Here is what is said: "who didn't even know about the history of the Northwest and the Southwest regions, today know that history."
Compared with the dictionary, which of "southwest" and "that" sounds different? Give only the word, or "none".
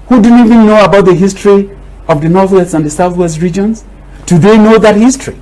none